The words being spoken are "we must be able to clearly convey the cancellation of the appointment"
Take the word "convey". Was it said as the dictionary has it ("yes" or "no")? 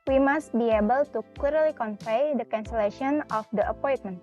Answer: no